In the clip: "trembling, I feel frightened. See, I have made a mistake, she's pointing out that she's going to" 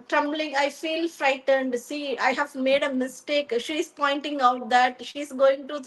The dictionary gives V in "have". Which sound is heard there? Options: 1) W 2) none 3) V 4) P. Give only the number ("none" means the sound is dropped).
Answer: 3